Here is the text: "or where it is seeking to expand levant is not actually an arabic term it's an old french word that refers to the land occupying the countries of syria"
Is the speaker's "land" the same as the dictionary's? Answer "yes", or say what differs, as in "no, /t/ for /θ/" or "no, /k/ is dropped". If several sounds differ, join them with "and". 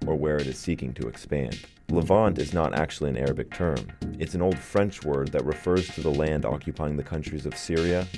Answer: yes